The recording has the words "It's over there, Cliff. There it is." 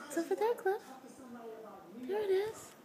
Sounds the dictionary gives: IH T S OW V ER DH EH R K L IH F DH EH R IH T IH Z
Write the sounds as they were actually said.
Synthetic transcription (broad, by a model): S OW F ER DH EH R K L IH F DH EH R IH T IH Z